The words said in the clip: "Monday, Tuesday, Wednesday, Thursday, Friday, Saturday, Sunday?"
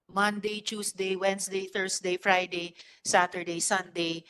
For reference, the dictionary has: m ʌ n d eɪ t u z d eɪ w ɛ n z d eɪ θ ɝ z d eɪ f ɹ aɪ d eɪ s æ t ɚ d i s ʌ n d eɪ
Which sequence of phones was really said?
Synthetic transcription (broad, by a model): m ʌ n d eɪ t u s d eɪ w ɛ n s d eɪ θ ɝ s d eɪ f ɹ aɪ d eɪ s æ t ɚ d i s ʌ n d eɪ